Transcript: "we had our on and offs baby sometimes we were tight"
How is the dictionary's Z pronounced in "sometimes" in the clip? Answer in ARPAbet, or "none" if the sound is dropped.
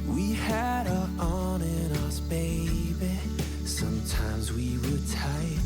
Z